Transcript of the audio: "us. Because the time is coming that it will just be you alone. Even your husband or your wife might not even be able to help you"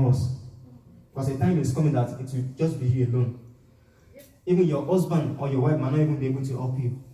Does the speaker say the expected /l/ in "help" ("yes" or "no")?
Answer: no